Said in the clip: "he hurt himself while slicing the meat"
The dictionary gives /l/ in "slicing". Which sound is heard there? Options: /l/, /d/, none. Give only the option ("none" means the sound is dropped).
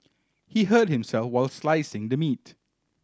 /l/